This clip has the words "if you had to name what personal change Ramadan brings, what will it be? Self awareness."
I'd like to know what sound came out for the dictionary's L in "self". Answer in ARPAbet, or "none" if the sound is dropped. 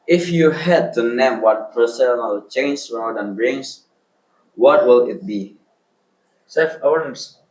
none